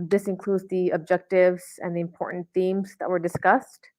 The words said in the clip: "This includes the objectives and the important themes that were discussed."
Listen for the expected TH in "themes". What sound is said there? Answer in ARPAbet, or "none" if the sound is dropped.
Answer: TH